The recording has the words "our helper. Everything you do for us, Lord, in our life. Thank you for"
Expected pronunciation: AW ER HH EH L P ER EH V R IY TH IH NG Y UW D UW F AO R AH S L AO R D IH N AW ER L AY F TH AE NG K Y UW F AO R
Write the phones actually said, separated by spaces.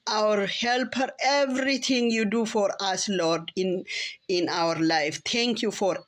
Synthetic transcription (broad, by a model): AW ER HH EH L P ER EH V R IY T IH NG Y UW D UW F AO R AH S L AO R D IH N AW ER L AY F T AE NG K Y UW F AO R